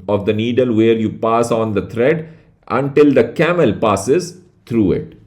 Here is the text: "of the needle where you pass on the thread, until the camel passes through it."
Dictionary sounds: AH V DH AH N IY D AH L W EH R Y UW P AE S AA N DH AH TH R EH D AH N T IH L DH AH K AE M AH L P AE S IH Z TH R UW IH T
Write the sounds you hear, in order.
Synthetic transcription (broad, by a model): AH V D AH N IY D AH L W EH R Y UW P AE S AA N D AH T R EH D AH N T IH L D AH K AE M AH L P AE S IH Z T R UW IH T